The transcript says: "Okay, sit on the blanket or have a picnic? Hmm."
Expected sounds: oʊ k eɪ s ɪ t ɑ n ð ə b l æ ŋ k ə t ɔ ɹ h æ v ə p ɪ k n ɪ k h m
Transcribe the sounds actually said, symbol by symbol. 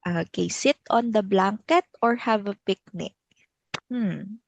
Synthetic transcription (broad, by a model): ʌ k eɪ s ɪ t ɑ n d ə b l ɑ ŋ k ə t ɔ ɹ h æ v ə p ɪ k n ɪ k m